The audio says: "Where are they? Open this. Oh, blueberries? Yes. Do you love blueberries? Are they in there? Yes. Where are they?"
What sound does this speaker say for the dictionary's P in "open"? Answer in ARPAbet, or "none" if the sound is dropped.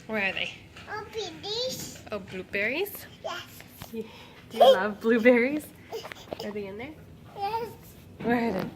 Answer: B